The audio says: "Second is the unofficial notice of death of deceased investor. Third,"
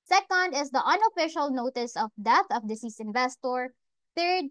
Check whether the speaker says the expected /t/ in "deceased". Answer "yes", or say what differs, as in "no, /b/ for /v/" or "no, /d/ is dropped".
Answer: no, /t/ is dropped